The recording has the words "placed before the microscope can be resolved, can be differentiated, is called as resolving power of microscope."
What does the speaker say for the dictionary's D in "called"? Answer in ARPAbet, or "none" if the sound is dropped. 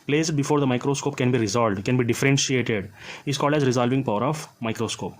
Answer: D